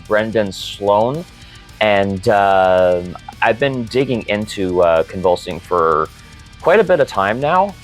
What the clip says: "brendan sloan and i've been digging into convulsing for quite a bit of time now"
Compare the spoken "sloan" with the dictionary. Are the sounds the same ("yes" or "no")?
yes